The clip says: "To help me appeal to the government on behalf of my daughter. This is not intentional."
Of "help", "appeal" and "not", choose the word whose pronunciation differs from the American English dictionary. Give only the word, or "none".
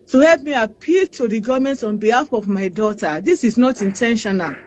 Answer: none